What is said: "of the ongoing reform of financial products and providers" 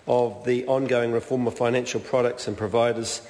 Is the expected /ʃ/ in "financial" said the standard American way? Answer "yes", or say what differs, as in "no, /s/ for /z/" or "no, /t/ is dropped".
yes